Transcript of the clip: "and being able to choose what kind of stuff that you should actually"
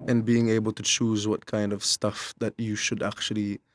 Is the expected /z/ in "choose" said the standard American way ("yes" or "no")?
yes